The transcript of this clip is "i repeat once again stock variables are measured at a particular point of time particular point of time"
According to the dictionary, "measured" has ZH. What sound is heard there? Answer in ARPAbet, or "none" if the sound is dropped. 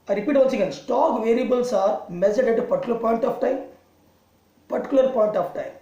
Z